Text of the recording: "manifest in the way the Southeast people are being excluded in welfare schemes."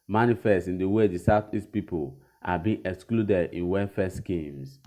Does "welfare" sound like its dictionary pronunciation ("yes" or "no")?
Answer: no